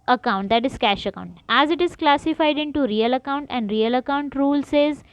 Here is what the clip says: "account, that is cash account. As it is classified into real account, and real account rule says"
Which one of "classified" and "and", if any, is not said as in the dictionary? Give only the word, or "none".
none